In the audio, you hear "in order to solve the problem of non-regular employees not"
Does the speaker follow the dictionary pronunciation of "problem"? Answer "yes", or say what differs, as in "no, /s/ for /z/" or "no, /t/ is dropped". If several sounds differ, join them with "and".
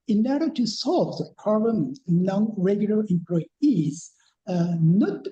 no, /l/ is dropped